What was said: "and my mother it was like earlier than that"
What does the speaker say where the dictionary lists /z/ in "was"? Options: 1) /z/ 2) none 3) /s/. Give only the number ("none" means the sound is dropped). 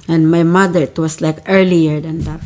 3